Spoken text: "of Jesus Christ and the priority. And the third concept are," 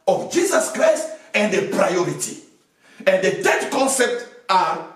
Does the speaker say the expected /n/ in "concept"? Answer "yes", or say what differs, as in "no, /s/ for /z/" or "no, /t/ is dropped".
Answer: yes